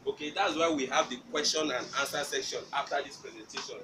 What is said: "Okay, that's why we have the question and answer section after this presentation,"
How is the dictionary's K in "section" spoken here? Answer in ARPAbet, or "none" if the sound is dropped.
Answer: K